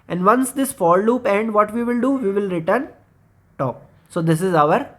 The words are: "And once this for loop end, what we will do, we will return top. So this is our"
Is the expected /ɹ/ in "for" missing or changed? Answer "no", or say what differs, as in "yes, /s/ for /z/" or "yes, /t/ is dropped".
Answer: yes, /l/ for /ɹ/